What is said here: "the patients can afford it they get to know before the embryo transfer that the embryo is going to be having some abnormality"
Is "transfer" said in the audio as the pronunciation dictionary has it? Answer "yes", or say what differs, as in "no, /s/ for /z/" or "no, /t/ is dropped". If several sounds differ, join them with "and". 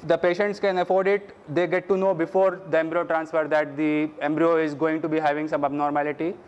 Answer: yes